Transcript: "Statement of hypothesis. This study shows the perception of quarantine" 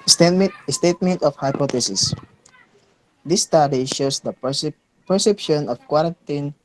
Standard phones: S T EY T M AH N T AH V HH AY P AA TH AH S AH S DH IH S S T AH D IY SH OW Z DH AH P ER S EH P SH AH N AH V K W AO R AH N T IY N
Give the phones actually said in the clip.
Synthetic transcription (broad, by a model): S T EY T M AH N T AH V HH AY P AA T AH S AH S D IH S S T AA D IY SH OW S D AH P ER S EH P SH AH N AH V K W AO R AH N T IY N